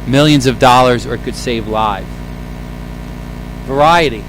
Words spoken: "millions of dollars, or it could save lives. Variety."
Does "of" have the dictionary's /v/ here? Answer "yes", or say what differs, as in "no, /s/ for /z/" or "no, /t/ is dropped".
yes